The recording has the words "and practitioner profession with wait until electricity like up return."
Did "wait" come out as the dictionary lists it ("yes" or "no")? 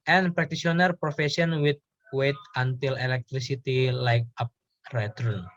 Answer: yes